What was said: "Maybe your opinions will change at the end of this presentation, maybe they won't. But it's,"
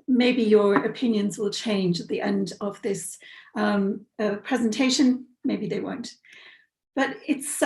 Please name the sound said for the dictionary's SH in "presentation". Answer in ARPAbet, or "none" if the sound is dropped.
SH